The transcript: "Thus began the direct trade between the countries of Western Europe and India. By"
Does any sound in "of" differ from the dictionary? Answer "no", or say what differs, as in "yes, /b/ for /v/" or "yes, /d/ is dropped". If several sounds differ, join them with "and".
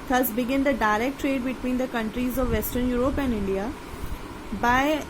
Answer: no